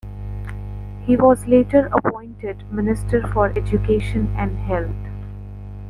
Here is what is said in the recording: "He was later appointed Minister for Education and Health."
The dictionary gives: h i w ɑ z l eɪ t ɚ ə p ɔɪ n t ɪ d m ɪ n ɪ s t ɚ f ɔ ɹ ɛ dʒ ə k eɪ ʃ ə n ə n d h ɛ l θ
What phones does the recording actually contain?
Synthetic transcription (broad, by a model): h i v ɑ z l eɪ t ɚ ə p ɔɪ n t ɪ d m ɪ n ɪ s t ɚ f ɔ ɹ ɛ dʒ ə k eɪ ʃ ə n ə n d h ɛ l t